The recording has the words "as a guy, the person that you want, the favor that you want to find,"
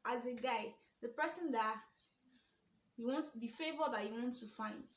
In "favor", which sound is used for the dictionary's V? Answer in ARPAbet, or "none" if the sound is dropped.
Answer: B